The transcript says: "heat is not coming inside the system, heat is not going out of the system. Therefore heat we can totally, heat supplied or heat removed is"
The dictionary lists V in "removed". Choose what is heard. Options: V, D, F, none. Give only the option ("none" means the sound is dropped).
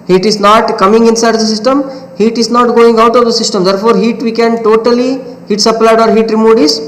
none